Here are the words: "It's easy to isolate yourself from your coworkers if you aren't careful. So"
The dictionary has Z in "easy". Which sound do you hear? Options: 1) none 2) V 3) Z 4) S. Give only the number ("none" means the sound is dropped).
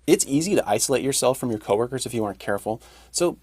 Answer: 3